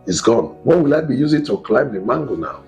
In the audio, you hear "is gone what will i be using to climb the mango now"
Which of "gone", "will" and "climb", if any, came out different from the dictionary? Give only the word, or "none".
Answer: none